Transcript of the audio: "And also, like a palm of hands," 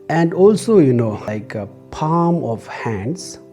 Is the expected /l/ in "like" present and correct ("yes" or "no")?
no